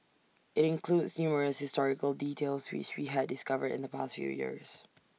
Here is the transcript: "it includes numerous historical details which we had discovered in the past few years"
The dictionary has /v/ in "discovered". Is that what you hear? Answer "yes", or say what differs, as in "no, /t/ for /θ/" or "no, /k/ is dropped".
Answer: yes